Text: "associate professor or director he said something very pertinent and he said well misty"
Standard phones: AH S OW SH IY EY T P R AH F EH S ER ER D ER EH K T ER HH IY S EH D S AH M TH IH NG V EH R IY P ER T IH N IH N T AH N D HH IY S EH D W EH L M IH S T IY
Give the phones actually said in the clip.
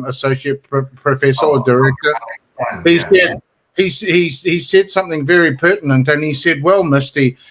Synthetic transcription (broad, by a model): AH S OW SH IY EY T P R AH F EH S ER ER D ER EH K T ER HH IY S EH D S AH M TH IH NG V EH R IY P ER T N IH N T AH N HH IY S EH D W EH L M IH S T IY